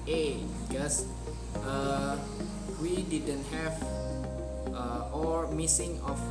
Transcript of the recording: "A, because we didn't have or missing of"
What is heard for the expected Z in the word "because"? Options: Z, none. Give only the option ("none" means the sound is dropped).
none